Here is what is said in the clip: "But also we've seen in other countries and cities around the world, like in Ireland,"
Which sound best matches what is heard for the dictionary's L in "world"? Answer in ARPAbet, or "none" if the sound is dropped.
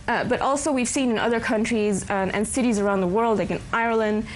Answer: L